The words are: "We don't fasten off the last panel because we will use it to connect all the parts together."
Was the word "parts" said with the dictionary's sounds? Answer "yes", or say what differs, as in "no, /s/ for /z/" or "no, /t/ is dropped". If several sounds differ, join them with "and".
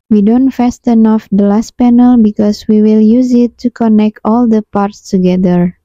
yes